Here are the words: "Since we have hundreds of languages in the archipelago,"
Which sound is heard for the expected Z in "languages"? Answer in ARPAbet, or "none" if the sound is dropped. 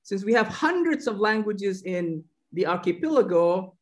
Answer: Z